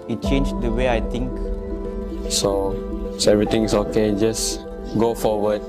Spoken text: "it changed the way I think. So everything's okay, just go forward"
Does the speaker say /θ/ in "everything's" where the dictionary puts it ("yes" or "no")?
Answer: no